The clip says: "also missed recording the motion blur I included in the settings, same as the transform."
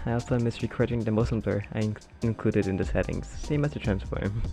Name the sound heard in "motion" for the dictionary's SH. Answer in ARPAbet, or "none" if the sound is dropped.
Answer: S